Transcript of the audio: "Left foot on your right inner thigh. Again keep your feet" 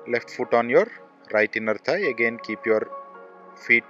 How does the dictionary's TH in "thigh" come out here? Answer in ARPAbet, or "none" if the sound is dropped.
T